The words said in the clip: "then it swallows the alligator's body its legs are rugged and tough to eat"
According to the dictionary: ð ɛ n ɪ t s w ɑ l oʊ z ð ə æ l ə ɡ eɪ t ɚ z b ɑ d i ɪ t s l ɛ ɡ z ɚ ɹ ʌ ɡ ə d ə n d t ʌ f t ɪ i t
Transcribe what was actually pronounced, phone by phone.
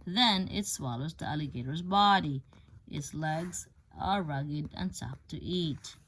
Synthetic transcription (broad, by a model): ð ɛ n ɪ t s w ɑ l oʊ z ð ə æ l ə ɡ eɪ t ɚ z b ɑ d i ɪ t s l ɛ ɡ z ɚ ɹ ʌ ɡ ə d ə n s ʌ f t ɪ i t